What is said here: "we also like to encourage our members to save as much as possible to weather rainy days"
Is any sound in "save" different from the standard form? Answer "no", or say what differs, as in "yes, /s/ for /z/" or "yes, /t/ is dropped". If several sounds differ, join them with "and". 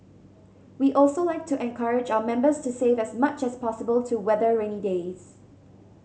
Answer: no